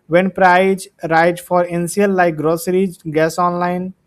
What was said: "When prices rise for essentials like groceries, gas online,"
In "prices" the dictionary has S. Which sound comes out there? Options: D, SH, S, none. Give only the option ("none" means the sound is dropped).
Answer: none